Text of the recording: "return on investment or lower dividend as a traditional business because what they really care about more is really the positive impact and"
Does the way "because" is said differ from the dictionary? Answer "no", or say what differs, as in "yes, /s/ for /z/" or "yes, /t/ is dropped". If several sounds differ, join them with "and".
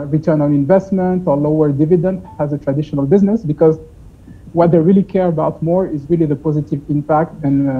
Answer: no